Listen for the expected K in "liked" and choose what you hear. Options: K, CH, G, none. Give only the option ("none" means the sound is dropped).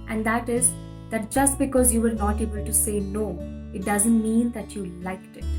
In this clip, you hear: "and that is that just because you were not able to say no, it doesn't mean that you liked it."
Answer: K